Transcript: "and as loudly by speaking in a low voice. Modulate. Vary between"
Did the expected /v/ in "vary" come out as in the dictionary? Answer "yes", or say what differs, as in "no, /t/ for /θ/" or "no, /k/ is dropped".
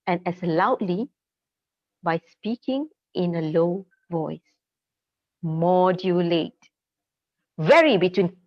yes